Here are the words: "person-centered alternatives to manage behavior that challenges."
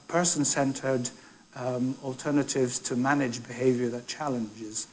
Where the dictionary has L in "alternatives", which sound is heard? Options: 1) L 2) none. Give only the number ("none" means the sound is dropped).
1